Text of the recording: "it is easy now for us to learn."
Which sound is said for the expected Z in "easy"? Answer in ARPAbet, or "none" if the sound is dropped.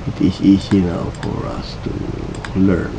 S